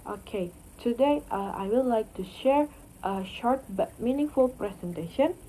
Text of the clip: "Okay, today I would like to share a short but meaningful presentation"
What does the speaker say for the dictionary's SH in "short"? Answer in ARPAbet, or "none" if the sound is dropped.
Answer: SH